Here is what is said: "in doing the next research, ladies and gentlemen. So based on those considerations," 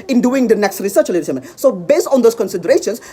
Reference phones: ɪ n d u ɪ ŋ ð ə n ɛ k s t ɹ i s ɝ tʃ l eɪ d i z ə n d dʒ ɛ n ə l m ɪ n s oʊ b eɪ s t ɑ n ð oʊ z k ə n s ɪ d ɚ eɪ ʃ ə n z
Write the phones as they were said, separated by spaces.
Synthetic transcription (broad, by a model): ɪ n d u ɪ ŋ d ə n ɛ k s t ɹ i s ɝ tʃ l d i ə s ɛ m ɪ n s oʊ b eɪ s t ɑ n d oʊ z k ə n s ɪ d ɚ eɪ ʃ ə n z